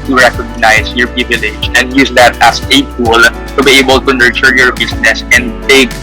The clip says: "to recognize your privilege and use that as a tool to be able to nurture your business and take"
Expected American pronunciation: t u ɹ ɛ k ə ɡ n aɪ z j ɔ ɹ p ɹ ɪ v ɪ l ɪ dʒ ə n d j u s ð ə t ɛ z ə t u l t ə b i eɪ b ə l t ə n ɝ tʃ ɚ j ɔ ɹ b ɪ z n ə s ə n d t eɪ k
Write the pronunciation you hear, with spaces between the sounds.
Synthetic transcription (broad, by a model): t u ɹ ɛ k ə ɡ n aɪ s j ɔ ɹ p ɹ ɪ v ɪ l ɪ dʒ ə n d j u s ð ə t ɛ s ə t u l t ə b i eɪ b ə l t ə n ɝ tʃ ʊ j ɔ ɹ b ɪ s n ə s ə n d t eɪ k